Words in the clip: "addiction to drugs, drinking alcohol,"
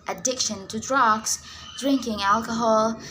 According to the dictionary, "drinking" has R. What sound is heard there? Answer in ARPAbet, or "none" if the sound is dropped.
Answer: R